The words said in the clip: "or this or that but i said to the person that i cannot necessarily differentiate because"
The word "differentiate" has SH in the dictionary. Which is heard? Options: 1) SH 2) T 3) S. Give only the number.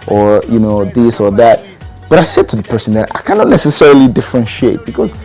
1